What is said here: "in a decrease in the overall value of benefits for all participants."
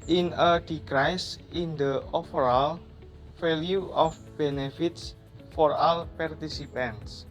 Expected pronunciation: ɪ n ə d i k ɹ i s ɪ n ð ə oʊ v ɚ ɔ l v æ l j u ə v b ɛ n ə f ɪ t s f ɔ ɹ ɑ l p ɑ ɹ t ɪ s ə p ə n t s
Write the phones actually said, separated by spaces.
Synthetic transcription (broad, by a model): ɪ n ə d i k ɹ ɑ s ɪ n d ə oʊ f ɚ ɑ l f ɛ l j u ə f b ɛ n ə f ɪ t s f ɔ ɹ ɑ l p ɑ ɹ t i s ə p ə n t s